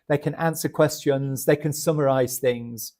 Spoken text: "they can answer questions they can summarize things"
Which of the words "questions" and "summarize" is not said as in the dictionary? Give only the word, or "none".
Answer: none